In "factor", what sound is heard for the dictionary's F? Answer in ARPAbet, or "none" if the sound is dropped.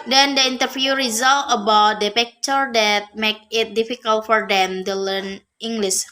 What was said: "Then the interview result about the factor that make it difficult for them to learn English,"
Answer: P